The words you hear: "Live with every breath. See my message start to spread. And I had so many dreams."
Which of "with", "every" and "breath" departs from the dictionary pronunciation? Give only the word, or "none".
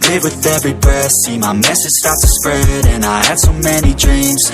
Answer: breath